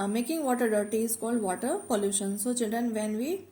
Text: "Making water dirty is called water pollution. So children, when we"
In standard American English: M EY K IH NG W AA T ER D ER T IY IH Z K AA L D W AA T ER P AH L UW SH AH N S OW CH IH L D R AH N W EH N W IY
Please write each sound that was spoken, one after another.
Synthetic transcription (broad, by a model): M EY K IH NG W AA T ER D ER T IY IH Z K AA L D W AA T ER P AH L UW SH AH N S OW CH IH D AH N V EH N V IY